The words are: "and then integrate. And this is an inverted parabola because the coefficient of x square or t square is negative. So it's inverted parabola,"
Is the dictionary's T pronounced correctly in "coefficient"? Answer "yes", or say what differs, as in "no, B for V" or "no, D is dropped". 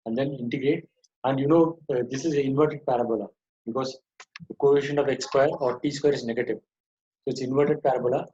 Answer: no, T is dropped